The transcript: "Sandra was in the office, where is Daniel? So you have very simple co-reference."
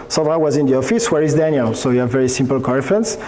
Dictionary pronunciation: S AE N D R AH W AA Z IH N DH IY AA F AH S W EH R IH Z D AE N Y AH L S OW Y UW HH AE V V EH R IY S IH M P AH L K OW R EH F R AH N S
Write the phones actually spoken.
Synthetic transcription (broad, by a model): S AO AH W AA Z IH N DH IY AA F AH S W EH R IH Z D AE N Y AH L S OW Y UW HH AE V V EH R IY S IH M P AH L K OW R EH F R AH N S